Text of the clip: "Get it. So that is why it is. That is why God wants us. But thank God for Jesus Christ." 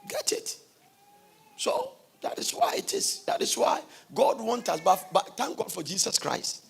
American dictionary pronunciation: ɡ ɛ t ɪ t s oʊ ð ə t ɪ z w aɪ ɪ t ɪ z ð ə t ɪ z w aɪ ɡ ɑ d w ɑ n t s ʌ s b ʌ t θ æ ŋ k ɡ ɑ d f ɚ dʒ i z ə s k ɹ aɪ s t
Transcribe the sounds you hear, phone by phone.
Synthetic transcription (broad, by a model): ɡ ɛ t ɪ t s oʊ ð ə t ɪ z w aɪ ɪ t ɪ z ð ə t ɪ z w aɪ ɡ ɑ d w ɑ n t ʌ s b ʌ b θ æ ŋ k ɡ ɑ d f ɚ dʒ i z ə s k ɹ aɪ s t